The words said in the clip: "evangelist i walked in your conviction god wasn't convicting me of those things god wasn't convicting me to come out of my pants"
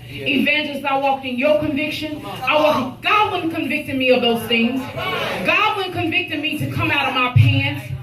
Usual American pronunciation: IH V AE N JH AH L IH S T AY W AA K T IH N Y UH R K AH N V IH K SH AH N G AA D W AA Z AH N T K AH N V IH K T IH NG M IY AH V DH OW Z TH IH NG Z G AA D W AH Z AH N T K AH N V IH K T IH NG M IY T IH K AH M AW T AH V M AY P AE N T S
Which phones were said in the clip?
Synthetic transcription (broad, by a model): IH V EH N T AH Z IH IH W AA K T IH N Y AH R K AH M V IH K SH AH N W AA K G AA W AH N K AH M V IH K T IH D M IY AH V DH OW Z TH IH NG Z G AA D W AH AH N K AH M V IH K T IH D M IY T IH K AH M AW T AH V M AY P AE N